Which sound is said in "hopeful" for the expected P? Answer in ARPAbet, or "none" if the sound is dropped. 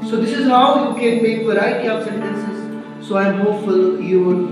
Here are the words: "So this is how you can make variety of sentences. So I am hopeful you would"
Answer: none